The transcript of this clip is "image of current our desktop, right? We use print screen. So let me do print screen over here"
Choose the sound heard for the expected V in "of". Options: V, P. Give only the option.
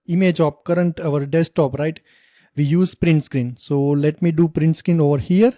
P